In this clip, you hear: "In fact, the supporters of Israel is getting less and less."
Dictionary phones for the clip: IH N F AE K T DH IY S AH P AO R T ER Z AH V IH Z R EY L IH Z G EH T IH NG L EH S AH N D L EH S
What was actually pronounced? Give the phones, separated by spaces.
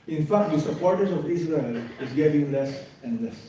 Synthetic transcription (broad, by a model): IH N F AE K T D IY S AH P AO R T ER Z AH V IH S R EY L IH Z G EH T IH NG L EH S AH N D L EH S